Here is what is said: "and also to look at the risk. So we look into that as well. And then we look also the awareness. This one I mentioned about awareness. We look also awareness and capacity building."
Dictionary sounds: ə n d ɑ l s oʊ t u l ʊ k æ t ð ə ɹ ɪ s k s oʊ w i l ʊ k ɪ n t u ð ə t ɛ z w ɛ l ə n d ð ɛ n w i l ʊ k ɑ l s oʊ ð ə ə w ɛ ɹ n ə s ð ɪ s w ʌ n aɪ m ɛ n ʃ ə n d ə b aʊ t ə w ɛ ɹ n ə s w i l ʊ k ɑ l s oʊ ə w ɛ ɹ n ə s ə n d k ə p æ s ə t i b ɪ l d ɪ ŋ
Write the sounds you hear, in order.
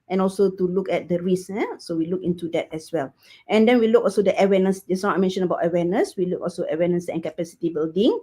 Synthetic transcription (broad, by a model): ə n ɑ l s oʊ t u l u k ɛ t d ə ɹ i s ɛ s oʊ w i l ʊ k ɪ n t u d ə t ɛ s w ɛ l ə n d ɛ n w i l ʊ k ɑ l s oʊ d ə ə w ɛ n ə s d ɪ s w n aɪ m ɛ n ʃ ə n ə b aʊ t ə w ɛ n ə s w i l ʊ k ɑ l s oʊ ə w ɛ n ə s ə n k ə p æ s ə t i b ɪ l d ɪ ŋ